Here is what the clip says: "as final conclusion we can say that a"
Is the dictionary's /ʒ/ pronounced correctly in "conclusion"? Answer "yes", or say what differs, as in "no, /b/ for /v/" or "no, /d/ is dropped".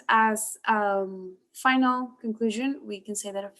yes